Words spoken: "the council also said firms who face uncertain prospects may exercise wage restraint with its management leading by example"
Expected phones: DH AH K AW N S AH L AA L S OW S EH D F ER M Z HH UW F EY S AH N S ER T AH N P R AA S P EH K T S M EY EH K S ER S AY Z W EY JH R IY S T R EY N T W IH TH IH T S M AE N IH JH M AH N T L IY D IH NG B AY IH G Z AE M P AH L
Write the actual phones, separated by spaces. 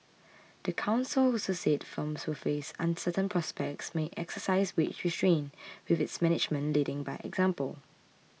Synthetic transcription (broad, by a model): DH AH K AW N S AH L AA S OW S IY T F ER M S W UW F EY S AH N S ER T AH N P R AA S P EH K T S M EY EH K S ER S AY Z W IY CH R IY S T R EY N W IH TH IH T S M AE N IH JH M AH N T L IY D IH NG B AY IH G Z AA M P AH L